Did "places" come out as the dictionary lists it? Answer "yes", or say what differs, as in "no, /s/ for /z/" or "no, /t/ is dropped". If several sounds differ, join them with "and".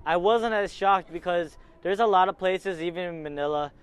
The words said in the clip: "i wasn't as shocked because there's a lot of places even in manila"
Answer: yes